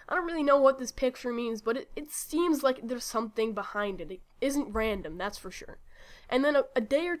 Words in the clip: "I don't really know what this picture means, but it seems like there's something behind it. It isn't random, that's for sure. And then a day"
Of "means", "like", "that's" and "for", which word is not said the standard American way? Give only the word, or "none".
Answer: none